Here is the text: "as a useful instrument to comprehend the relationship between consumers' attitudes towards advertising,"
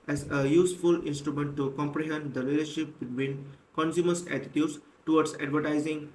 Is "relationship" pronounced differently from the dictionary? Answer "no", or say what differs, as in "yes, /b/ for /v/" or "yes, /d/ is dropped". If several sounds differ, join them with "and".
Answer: yes, /l/ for /ɹ/